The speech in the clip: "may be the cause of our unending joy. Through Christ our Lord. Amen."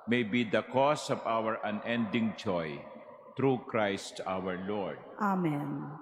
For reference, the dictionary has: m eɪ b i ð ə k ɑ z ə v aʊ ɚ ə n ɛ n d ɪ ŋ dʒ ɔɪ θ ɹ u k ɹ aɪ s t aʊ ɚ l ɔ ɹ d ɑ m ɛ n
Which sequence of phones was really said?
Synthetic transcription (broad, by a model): m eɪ b i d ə k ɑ s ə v aʊ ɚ ə n ɛ n d ɪ ŋ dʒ ɔɪ t ɹ u k ɹ aɪ s t aʊ ɚ l ɔ ɹ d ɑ m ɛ n